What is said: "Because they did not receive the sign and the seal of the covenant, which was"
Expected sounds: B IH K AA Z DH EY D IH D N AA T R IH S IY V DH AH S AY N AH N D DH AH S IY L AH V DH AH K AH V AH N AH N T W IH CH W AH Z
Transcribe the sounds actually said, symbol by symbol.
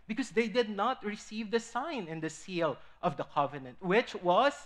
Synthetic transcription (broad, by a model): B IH K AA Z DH EY D IH D N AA T R IH S IY V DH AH S AY N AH N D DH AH S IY L AH V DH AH K AH V AH N AH N T W IH CH W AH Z